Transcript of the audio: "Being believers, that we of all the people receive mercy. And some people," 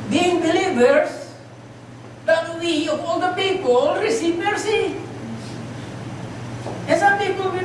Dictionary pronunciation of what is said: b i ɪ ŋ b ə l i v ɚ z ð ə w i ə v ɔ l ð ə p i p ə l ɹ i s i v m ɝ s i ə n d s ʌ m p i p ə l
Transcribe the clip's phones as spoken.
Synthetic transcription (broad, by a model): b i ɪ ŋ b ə l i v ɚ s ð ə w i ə p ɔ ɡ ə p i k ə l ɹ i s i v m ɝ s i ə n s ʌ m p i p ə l